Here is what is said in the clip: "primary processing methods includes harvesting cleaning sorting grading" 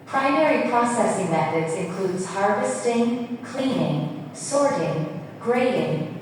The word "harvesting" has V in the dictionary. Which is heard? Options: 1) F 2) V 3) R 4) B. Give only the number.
2